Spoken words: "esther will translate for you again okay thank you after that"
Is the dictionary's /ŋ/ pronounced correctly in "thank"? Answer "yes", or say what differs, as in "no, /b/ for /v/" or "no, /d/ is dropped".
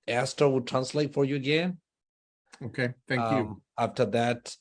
no, /ŋ/ is dropped